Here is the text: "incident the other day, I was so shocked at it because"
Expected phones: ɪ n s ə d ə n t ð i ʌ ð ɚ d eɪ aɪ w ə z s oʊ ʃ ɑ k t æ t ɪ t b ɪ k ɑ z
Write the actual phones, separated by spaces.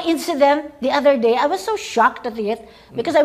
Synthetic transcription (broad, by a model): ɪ n s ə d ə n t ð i ʌ ð ɚ d eɪ aɪ w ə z s oʊ ʃ ɑ k t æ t ɪ t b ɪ k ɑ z